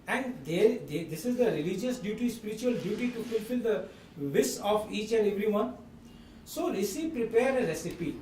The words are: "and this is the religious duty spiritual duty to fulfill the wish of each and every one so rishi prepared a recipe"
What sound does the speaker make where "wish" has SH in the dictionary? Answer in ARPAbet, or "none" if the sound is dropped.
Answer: S